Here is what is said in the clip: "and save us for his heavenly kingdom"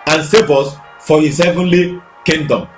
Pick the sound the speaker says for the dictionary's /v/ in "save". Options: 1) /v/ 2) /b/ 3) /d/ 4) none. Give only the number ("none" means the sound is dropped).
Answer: 2